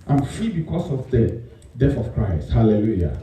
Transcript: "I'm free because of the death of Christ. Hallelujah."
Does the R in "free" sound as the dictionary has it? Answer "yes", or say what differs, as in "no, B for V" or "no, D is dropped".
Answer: no, R is dropped